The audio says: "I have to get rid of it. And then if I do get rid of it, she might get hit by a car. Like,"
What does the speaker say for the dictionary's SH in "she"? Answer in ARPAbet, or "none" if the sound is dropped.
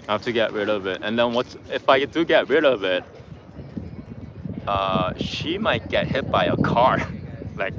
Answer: SH